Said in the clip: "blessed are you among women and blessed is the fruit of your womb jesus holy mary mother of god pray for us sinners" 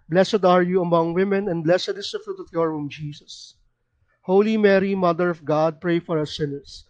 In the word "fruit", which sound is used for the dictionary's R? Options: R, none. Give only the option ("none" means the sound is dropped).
R